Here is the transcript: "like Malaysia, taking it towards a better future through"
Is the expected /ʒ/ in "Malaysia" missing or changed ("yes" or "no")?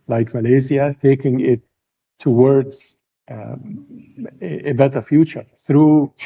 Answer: yes